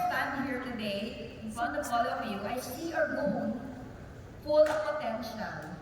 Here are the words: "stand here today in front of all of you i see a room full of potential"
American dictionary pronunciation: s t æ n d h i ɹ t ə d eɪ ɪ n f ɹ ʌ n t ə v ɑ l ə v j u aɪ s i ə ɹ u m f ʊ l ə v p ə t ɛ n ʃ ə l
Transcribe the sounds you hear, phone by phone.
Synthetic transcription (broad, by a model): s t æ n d h i ɹ t ə d eɪ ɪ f ʌ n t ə f ɑ l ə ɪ j u aɪ s i ə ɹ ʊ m f ʊ l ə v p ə t ɛ n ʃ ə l